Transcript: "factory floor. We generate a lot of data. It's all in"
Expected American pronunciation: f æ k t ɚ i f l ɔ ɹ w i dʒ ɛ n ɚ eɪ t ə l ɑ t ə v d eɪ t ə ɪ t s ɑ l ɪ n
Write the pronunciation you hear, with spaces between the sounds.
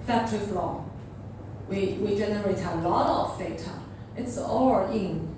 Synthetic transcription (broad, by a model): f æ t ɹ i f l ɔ w w i dʒ ɛ n ɚ eɪ t ə l ɑ t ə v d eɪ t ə ɪ t s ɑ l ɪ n